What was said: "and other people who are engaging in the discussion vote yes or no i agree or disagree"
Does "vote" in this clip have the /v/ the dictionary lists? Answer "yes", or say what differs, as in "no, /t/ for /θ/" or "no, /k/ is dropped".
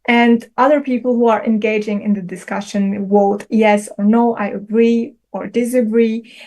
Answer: no, /w/ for /v/